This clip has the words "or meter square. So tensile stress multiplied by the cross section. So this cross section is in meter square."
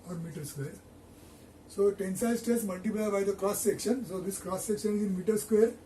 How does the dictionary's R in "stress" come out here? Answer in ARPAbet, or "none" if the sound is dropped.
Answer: none